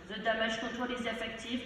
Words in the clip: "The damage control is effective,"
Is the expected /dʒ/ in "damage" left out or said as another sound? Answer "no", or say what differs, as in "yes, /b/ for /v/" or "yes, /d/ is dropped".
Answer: yes, /ʒ/ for /dʒ/